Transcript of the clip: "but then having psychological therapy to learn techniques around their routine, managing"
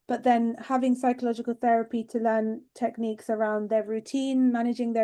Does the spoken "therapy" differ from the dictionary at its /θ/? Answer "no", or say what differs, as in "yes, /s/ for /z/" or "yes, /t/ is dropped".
no